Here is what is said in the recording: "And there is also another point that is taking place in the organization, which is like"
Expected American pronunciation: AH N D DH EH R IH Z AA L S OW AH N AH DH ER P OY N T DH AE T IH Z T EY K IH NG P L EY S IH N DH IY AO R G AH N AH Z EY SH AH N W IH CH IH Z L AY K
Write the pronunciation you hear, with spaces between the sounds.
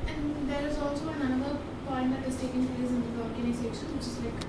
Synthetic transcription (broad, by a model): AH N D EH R IH Z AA L S OW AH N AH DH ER P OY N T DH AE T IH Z T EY K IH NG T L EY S IH N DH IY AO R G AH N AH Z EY S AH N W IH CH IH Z L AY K